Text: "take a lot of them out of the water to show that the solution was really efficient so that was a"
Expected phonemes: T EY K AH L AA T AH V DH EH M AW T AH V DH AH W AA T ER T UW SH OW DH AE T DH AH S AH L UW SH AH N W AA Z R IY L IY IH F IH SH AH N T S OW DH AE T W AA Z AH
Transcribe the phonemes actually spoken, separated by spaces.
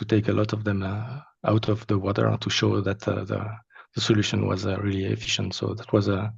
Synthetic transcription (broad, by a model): T EY K AH L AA T AH V DH EH M AW T AH V DH AH W AA T ER T UW SH OW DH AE T DH AH S AH L UW SH AH N W AA Z R IY L IY IH F IH SH AH N T S OW DH AE T W AA Z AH